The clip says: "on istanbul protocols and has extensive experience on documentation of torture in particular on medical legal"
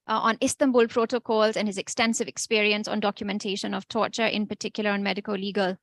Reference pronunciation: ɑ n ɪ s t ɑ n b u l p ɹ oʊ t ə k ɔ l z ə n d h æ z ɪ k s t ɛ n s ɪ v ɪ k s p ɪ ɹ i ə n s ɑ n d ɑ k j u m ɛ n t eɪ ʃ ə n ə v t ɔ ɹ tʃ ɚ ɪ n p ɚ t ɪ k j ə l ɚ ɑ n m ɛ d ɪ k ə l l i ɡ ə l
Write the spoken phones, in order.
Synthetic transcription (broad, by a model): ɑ n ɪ s t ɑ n b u l p ɹ oʊ t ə k ɔ l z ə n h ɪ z ɪ k s t ɛ n s ɪ v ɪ k s p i ɹ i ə n s ɑ n d ɑ k j u m ɛ n t eɪ ʃ ə n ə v t ɔ tʃ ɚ ɪ n p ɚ t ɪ k j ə l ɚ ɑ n m ɛ d ɪ k ə l l i ɡ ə l